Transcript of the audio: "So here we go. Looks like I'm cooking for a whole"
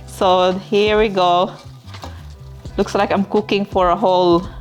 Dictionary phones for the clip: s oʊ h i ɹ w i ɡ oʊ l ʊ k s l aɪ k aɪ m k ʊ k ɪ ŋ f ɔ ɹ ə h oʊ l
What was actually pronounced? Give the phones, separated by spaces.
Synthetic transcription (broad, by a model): s oʊ h i ɹ w i ɡ oʊ l ʊ k s l aɪ k aɪ m k ʊ k ɪ ŋ f ɔ ɹ ə h oʊ l